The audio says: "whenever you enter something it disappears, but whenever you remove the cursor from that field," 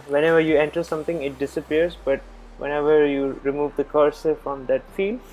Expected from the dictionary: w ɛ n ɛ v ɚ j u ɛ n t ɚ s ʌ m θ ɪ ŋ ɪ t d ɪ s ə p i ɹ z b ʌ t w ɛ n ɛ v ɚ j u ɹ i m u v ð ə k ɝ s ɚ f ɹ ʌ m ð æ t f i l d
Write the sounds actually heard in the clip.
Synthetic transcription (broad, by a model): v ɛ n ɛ v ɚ j u ɛ n t ɚ s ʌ m t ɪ ŋ ɪ t d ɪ s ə p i ɹ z b ʌ t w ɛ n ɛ v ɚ j u ɹ i m u v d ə k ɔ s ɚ f ɹ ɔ m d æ t f i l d